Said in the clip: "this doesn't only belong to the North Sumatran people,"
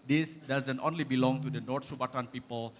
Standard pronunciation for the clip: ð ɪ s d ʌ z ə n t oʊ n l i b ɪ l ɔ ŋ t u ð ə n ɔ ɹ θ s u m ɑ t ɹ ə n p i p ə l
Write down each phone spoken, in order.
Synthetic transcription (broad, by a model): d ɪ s d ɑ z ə n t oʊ n l i b ɪ l ɔ ŋ t u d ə n ɔ ɹ t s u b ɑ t ə n p i p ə l